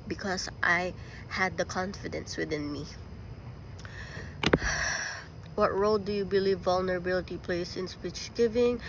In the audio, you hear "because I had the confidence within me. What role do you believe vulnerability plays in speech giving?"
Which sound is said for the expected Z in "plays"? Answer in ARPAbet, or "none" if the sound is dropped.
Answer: S